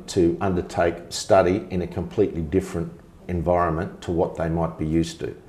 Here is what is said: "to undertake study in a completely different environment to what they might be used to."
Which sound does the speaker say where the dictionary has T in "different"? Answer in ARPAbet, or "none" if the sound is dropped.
T